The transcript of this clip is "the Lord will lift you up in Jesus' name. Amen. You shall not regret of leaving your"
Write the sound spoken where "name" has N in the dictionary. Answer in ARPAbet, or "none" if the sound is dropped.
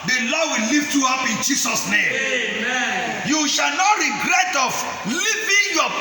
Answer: N